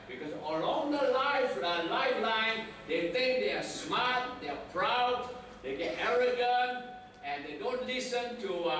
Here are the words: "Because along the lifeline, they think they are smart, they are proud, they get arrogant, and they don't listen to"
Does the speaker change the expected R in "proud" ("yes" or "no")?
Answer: no